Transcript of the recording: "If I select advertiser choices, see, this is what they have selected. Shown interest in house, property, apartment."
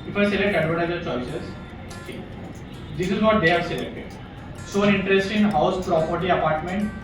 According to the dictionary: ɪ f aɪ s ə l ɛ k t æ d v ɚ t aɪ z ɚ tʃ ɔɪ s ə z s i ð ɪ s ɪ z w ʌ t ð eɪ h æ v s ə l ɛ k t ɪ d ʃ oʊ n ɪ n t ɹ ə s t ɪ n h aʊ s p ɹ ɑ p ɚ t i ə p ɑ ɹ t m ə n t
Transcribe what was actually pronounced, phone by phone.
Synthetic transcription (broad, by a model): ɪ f aɪ s ə l ɛ k t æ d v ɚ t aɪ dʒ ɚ tʃ ɔɪ s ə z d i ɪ s ɪ z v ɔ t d eɪ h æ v s ə l ɛ k t ɪ d s oʊ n ɪ n t ɹ ə s t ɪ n h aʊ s p ɹ ɑ p ɚ t i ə p ɑ ɹ t m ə n t